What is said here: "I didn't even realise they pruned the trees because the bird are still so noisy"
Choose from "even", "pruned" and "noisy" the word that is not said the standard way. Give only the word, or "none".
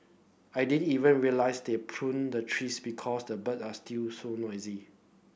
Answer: none